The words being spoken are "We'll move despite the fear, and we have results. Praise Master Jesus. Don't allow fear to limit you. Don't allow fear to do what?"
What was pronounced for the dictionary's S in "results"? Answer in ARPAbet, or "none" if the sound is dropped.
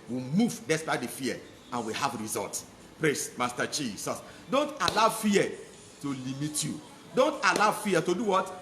none